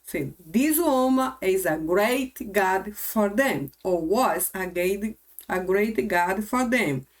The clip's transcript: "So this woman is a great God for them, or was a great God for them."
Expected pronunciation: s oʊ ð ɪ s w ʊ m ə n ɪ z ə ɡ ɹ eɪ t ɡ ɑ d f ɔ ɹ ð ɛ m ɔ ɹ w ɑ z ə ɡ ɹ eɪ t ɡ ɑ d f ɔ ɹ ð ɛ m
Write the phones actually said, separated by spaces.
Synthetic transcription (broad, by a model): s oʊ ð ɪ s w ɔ m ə ɪ z ə ɡ ɹ eɪ t ɡ ɑ d f ɔ ɹ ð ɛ m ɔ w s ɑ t ə ɡ ɹ eɪ t ɡ ɑ d f ɔ ɹ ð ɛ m